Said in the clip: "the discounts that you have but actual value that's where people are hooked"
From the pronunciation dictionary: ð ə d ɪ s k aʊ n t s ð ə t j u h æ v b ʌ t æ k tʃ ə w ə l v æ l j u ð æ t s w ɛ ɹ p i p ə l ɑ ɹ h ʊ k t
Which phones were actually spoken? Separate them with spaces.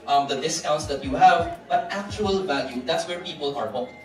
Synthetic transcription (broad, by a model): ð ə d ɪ s k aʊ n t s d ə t j u h æ v b ʌ t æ k tʃ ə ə l v æ l j u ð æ t s w ɛ ɹ p i p ə l ɑ ɹ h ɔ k